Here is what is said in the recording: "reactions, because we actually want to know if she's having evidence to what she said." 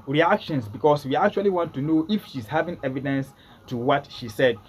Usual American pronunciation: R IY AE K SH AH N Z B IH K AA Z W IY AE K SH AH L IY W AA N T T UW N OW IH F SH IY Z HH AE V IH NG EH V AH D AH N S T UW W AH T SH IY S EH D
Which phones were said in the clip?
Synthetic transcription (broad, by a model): R IY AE K SH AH N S B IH K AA S W IY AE K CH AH L IY W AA N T T UW N OW IH F SH IY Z HH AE V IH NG EH V AH D AH N S T UW W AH T SH IY S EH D